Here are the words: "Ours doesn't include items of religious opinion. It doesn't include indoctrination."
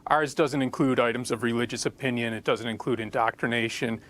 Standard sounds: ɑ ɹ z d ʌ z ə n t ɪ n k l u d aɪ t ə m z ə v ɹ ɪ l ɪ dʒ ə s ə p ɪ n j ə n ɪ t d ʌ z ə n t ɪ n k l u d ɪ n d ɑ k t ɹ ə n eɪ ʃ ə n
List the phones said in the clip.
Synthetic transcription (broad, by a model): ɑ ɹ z d ʌ z ə n t ɪ n k l u d aɪ t ə m z ə v ɹ ɪ l ɪ dʒ ə s ə p ɪ n j ə n ɪ t d ʌ z ə n t ɪ n k l u d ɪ n d ɑ k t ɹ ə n eɪ ʃ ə n